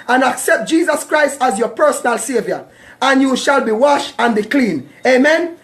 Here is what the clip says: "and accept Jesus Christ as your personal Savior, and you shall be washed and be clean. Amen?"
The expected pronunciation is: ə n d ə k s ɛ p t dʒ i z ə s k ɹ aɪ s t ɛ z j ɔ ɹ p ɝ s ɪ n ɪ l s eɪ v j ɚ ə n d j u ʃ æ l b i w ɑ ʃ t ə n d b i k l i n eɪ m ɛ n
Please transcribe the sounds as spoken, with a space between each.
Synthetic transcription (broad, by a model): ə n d ə k s ɛ p t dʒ i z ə s k ɹ aɪ s t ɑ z j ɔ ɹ p ɝ s ɪ n ɪ l s eɪ v j ɚ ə n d j u ʃ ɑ l b i w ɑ ʃ ə n b i k l i n eɪ m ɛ n